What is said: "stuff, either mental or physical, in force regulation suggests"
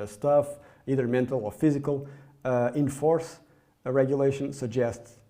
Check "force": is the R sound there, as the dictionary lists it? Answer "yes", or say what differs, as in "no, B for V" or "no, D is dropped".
yes